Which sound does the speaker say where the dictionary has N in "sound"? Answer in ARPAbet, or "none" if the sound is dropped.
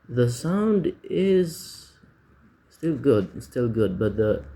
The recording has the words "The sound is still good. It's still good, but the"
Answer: N